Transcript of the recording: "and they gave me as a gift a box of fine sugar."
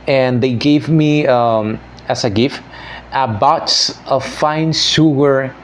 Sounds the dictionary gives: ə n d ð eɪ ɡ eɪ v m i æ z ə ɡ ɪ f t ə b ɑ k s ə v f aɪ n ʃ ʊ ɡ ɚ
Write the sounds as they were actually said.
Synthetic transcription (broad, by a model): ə n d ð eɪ ɡ eɪ v m i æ s ə ɡ ɪ f t ə b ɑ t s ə f aɪ n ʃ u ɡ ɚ